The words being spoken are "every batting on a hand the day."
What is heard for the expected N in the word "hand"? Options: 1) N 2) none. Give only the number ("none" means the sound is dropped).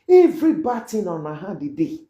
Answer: 2